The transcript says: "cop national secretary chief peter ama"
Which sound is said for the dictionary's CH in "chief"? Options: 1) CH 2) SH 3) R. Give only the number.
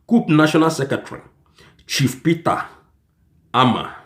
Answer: 1